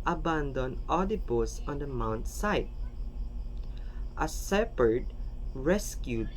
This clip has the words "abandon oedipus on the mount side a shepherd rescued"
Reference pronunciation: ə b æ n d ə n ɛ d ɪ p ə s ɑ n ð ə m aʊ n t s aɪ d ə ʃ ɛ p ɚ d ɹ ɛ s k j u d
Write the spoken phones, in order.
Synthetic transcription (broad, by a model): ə b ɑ n d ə n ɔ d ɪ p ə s ɑ n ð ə m aʊ n t s aɪ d ə s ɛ p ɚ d ɹ ɛ s k j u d